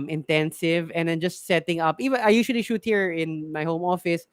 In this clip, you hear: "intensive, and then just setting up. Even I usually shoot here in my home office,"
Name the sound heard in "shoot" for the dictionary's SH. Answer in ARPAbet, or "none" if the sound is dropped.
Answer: SH